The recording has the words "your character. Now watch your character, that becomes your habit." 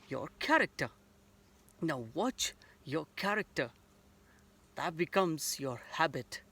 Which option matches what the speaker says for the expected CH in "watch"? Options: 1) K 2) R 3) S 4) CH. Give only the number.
4